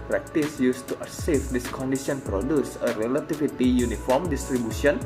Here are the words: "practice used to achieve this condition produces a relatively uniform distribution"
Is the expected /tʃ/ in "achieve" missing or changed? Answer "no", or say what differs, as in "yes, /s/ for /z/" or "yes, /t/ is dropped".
yes, /s/ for /tʃ/